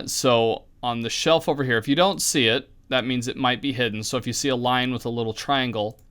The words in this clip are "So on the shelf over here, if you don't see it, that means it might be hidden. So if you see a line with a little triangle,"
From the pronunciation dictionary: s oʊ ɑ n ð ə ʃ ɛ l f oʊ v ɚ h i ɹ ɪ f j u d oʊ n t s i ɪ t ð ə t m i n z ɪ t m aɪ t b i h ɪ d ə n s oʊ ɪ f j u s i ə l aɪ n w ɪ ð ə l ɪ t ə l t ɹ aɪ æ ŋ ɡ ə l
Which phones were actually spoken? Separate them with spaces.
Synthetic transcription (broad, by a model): s oʊ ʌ n ð ə ʃ ɛ l f oʊ v ɚ h i ɹ ɪ f j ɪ d oʊ n t s i ɪ t ð ə t m i n z ɪ t m aɪ t b i h ɪ d n s oʊ ɪ f j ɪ s i ə l aɪ n w ɪ ð ə l ɪ t l t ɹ aɪ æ ŋ ɡ l